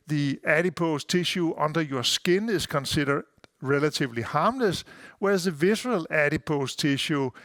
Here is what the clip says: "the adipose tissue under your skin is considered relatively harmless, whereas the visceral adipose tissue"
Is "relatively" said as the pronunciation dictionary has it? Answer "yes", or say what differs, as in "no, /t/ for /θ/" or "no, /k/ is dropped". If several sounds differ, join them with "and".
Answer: no, /s/ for /t/